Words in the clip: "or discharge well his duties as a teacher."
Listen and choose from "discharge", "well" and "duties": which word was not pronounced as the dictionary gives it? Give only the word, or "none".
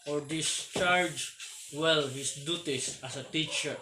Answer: duties